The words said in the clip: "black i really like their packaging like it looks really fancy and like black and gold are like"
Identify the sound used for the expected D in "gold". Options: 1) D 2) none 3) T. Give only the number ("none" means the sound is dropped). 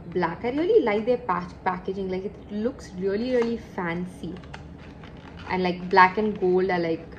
1